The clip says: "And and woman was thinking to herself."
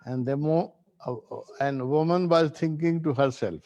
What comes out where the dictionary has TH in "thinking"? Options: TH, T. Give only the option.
T